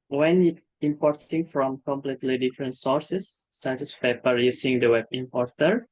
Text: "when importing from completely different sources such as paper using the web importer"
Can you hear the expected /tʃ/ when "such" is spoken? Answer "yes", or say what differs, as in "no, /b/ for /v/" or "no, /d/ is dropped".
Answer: no, /s/ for /tʃ/